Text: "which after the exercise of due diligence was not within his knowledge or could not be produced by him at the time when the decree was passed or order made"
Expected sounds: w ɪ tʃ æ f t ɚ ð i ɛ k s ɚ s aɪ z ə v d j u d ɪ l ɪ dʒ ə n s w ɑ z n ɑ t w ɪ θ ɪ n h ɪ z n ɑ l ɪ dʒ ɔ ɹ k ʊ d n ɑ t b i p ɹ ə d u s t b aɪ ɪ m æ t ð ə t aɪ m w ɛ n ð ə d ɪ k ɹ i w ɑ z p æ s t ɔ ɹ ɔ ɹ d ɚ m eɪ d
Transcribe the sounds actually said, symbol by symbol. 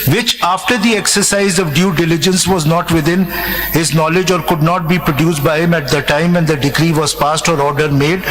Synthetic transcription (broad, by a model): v ɪ tʃ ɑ f t ɚ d i ɛ k s ɚ s aɪ z ə v d j u d ɪ l ɪ dʒ ə n s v ɑ z n ɑ t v ɪ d ɪ n h ɪ z n ɑ l ɪ dʒ ɔ ɹ k ʊ d n ɑ t b i p ɹ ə d u s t b aɪ ɪ m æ t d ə t aɪ m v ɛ n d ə d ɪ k ɹ i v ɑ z p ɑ s t ɔ ɹ ɔ ɹ d ɚ m eɪ d